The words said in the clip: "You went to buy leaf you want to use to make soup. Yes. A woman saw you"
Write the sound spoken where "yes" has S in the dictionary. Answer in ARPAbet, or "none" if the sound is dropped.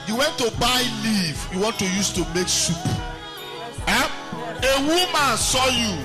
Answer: none